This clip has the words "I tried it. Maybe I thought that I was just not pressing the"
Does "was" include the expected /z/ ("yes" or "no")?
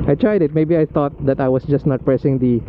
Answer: no